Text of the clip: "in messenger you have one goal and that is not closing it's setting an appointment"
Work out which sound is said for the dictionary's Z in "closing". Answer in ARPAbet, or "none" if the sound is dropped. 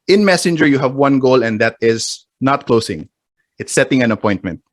S